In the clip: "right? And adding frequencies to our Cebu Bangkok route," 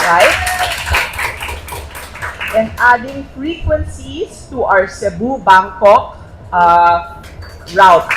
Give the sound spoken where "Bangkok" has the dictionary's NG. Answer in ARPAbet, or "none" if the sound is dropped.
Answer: NG